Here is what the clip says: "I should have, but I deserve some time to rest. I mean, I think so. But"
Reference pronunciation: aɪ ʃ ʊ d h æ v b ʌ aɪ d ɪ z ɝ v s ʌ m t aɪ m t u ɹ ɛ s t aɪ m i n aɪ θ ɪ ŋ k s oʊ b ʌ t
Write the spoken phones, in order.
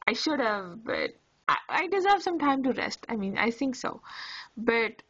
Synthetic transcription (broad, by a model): aɪ ʃ ʊ d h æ v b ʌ aɪ d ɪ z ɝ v s ʌ m t aɪ m t u ɹ ɛ s t aɪ m i n aɪ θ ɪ ŋ k s oʊ b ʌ t